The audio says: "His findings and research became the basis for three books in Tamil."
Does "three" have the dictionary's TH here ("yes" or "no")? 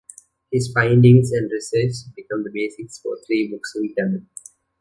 no